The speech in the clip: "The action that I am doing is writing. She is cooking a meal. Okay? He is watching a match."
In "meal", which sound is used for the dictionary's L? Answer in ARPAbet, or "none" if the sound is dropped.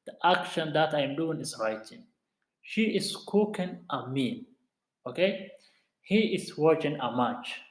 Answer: N